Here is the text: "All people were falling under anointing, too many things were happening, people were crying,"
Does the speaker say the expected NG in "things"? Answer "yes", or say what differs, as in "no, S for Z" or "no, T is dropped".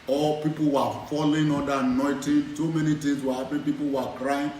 no, NG is dropped